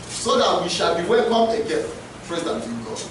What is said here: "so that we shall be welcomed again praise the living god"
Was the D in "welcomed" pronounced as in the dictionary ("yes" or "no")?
no